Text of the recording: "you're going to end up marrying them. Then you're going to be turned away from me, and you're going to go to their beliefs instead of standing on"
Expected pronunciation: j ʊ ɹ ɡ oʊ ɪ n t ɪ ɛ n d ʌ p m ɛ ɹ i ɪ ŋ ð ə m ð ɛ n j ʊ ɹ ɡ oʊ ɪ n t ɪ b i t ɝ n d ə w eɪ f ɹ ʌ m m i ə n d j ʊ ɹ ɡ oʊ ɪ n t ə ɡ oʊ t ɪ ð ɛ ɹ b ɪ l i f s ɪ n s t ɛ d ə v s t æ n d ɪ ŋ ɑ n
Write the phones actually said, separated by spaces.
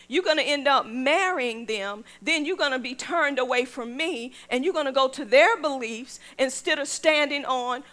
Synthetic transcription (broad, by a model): j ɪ ɡ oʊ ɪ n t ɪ ɛ n d ʌ p m ɛ ɹ i ɪ ŋ ð ə m ð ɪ n j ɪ ɡ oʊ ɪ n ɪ b i t ɝ n d ə w eɪ f ɹ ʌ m m i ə n j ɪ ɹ ɡ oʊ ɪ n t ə ɡ oʊ t ɪ ð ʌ ɹ b ɪ l i f s ɪ n s t ɛ d ə v s t æ n d ɪ ŋ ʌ n